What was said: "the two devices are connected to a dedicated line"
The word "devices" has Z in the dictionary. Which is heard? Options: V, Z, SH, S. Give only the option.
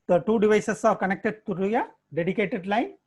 S